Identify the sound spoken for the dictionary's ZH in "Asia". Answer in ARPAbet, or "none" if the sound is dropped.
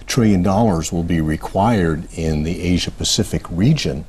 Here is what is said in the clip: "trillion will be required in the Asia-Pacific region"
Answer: ZH